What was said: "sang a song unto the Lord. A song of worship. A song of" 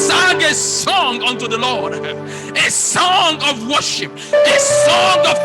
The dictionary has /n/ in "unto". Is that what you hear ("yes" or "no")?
yes